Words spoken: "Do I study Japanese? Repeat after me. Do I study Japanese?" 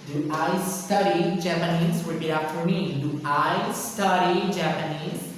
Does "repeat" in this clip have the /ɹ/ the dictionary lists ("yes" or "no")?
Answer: no